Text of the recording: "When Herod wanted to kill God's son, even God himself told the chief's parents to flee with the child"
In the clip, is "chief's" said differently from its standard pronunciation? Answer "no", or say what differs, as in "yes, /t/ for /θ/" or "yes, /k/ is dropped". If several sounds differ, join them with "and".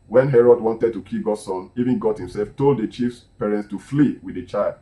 no